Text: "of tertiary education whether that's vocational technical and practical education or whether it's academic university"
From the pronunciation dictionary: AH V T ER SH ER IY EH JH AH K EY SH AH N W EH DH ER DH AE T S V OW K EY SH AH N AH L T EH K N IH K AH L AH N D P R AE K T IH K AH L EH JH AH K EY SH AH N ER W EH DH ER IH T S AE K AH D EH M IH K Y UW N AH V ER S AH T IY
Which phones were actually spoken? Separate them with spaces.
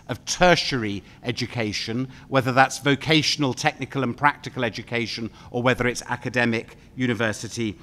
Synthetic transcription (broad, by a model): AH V T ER SH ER IY EH JH AH K EY SH AH N W EH DH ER DH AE T S V OW K EY SH AH N AH L T EH K N IH K AH L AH N P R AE K T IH K AH L EH JH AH K EY SH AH N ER W EH DH ER IH T S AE K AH D EH M IH K Y UW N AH V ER S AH T IY